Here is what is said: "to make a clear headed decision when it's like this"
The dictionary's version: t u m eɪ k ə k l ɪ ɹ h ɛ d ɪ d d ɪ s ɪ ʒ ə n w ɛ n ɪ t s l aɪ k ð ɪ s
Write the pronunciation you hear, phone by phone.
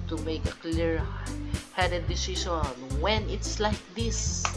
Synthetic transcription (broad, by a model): t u m eɪ k ə k l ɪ ɹ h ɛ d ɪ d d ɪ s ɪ ʃ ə n w ɛ n ɪ t s l aɪ k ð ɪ s